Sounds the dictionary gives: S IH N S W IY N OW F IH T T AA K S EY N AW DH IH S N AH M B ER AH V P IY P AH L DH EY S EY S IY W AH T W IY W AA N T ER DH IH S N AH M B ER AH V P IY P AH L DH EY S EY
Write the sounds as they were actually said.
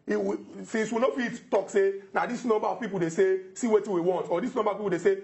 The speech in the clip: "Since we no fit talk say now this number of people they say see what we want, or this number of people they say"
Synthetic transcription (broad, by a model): S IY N S W IY N OW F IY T T AA K S EY N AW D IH S N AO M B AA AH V P IY P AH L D EY S EY S IY W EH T W IY W AA N T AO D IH S N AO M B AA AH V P IY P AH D EY S EY